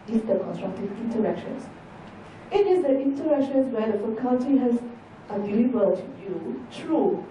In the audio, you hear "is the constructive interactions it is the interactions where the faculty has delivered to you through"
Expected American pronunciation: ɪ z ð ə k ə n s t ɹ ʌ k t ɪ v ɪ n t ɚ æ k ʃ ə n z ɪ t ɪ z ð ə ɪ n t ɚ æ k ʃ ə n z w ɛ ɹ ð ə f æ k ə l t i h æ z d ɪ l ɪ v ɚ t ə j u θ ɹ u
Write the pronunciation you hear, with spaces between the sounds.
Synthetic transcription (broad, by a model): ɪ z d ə k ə n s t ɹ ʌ k t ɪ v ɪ n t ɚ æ k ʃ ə n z ɪ t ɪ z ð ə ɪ n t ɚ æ k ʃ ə n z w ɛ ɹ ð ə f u k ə n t i h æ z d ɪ l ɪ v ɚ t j j u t ɹ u